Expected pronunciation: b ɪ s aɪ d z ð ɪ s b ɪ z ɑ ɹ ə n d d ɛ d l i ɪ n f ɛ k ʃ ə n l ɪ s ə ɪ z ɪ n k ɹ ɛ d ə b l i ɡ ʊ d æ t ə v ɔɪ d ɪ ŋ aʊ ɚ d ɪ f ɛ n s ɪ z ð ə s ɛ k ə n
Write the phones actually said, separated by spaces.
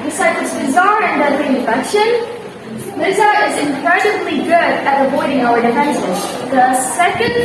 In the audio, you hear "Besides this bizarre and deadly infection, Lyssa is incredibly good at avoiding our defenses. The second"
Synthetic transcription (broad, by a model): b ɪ s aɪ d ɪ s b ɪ z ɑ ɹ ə n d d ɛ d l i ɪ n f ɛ k ʃ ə n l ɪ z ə ɪ z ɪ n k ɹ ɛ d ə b l i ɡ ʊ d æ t ə v ɔɪ d ɪ ŋ aʊ ɚ d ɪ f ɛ n ʃ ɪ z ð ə s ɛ k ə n